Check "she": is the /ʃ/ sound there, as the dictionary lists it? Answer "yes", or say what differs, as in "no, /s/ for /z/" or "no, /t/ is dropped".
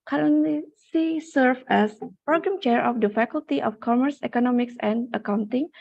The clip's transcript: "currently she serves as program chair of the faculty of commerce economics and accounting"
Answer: no, /s/ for /ʃ/